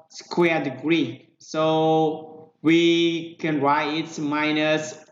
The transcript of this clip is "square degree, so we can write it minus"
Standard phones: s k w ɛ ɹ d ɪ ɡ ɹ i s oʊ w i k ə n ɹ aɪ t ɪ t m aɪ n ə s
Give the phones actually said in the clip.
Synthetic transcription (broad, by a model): s k w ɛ d ɪ ɡ ɹ i s oʊ w i k ə n ɹ aɪ t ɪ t m aɪ n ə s